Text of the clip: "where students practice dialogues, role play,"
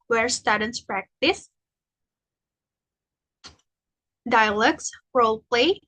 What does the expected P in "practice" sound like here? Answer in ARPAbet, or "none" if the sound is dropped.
P